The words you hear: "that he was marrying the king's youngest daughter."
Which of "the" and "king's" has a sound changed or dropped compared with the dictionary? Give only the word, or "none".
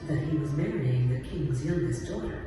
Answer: none